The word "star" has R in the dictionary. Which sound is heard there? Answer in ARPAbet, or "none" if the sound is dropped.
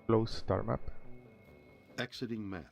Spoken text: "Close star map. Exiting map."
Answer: R